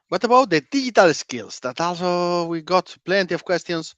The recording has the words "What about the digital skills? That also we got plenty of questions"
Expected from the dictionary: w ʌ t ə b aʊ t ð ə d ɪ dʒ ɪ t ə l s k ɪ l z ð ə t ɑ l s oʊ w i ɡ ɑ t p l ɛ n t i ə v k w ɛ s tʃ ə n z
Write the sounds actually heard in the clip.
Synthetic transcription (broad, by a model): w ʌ t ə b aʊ t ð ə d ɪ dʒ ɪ t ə l s k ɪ l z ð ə t ɑ l s oʊ w i ɡ ɑ t p l ɛ n t i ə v k w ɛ s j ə n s